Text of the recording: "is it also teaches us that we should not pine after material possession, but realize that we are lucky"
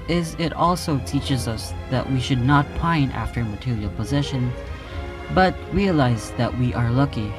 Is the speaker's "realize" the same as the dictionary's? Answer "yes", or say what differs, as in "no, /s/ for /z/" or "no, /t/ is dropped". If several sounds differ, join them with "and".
yes